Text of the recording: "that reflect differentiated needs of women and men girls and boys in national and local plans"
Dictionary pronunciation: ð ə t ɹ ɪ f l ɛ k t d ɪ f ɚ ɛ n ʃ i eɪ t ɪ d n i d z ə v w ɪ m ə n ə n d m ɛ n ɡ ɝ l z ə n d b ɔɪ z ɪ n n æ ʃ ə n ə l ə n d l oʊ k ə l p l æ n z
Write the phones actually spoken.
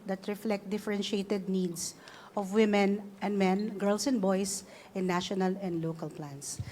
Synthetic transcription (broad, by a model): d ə t ɹ ɪ f l ɛ k t d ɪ f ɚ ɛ n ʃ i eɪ t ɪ d n i d s ə v w ɪ m ə n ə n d m ɛ n ɡ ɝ l s ə n d b ɔɪ s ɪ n n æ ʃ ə n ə l ə n d l oʊ k ə l p l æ n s